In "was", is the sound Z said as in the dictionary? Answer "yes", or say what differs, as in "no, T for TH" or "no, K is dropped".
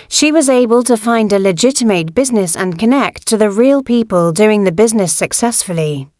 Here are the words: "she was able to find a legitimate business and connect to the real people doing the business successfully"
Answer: yes